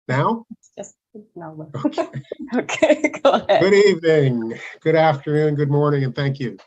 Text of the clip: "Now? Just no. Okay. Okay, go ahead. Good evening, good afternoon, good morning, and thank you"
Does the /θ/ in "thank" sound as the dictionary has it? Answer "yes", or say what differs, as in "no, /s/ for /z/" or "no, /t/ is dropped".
yes